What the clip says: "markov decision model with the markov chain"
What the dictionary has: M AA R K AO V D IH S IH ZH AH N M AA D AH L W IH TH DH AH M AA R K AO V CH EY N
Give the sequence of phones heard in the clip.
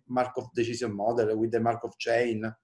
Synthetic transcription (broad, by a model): M AA R K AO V D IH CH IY Z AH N M AA D AH L W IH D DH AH M AA R K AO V CH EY N